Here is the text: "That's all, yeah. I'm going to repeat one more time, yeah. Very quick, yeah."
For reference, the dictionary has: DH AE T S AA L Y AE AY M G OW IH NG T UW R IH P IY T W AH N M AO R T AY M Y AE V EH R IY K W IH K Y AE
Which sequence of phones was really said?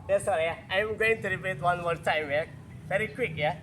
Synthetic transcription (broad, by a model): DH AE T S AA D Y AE AY M G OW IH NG T UW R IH B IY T W AH N M AO R T AY M Y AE V EH R IY K W IH K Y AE